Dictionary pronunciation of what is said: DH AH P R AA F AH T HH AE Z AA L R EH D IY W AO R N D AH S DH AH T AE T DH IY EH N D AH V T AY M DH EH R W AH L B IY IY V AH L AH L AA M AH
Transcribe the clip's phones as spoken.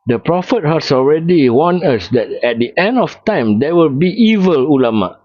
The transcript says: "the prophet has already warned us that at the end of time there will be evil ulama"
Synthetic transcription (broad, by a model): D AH P R AA F AH T HH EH S AA L R EH D IY W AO N AH S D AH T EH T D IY EH N D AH F T AY M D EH W AH L B IY IY V AH L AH L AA M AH